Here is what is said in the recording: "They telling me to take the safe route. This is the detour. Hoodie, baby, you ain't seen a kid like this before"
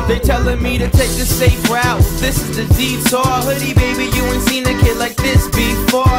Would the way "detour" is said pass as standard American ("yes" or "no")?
no